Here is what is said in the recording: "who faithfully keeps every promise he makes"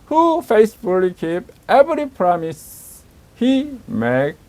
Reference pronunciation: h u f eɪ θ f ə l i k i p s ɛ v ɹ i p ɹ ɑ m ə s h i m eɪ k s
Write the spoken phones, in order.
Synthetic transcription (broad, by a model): h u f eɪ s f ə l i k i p ɛ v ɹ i p ɹ ɑ m ə s h i m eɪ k